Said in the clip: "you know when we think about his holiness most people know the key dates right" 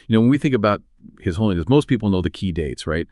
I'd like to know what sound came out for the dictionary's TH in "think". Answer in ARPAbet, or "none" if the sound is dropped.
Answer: TH